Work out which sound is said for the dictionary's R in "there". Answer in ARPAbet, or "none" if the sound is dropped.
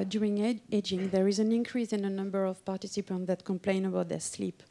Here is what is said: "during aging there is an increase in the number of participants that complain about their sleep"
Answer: R